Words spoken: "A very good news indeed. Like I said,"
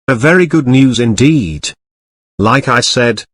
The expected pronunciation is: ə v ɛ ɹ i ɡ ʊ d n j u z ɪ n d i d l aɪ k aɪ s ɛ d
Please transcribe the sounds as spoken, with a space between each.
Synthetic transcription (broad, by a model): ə v ɛ ɹ i ɡ ʊ d n j u z ɪ n d i d l aɪ k aɪ s ɛ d